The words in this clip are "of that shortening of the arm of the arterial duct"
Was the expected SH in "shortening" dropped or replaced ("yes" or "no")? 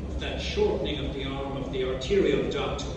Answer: no